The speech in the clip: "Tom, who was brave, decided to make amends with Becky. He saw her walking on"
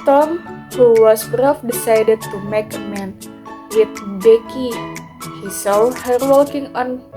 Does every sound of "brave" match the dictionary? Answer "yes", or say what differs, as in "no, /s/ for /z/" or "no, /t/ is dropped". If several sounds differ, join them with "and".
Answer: no, /f/ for /v/